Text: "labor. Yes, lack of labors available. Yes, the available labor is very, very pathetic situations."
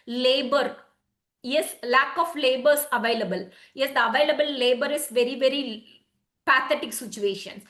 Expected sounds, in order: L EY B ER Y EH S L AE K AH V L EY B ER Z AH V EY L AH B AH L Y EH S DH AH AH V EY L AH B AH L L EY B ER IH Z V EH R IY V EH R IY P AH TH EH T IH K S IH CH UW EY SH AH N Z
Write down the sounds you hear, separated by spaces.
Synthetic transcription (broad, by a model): L EY B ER Y EH S L AE K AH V L EY B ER S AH V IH L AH B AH L Y EH S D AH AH V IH L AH B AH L L EY B ER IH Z V EH R IY V EH R IY P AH T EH T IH K S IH CH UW EY SH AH N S